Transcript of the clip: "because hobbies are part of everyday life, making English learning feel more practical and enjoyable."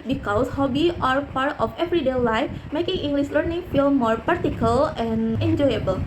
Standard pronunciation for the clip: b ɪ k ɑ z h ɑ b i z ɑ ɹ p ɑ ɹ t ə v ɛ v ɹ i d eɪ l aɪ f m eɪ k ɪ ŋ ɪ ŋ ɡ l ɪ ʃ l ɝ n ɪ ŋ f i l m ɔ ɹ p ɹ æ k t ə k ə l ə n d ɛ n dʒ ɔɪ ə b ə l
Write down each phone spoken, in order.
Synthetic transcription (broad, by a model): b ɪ k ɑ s h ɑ b i ɑ ɹ p ɑ ɹ t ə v ɛ v ɹ i d eɪ l aɪ f m eɪ k ɪ ŋ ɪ ŋ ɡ l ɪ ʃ l ɝ n ɪ ŋ f i l m ɔ ɹ p ɑ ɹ t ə k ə l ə n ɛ n dʒ ɔɪ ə b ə l